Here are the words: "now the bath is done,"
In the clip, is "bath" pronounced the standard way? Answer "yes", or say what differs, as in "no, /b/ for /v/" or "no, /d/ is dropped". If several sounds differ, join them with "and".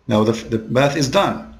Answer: yes